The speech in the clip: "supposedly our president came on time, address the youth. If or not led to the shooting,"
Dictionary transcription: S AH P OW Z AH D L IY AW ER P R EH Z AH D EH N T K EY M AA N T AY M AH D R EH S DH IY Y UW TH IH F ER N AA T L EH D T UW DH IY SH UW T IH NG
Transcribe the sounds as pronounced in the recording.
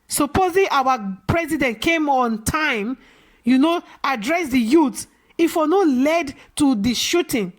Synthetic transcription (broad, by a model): S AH P OW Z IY AW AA P R EH Z AH D EH N T K EY M AA N T AY M AH D R EH S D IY Y UW T IH F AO N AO L EH D T UW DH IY SH UW T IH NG